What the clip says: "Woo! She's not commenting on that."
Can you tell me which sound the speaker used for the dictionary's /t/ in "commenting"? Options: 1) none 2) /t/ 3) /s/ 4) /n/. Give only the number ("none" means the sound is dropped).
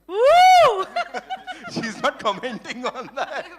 2